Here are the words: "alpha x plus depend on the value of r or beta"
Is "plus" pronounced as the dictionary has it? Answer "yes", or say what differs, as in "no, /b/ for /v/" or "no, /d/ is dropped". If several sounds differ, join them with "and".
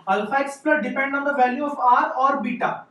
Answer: no, /s/ is dropped